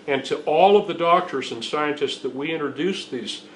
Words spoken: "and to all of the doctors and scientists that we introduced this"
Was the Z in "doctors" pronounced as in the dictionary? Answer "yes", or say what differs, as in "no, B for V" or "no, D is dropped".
yes